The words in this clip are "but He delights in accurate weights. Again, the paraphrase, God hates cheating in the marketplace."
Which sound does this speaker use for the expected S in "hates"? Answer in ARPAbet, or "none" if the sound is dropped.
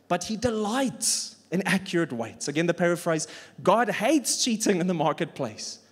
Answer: S